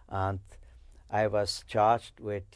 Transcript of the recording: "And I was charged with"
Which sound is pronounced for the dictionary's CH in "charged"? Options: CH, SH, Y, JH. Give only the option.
CH